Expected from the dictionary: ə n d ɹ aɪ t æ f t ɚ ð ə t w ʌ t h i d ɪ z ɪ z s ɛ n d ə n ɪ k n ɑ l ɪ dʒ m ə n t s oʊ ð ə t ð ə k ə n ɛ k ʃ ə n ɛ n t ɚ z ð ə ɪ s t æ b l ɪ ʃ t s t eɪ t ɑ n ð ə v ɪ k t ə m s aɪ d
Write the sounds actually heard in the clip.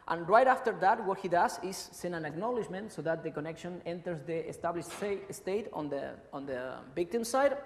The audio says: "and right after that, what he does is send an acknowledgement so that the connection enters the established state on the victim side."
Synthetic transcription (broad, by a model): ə n ɹ aɪ t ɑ f t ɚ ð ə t w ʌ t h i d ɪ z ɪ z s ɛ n ə n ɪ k n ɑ l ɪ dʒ m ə n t s oʊ ð ə t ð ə k ə n ɛ k ʃ ə n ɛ n t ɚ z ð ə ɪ s t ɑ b l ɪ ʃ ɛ s t eɪ t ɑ n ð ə b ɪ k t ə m s aɪ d